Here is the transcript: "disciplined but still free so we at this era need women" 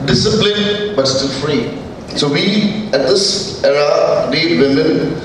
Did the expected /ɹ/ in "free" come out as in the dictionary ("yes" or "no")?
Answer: yes